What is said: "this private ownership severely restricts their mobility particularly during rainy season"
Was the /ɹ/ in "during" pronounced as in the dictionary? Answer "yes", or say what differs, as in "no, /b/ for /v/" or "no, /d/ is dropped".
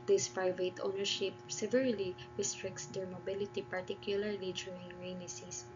no, /ɹ/ is dropped